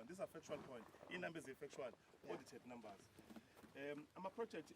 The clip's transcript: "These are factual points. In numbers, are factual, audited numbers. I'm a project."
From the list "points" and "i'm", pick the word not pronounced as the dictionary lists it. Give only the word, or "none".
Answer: points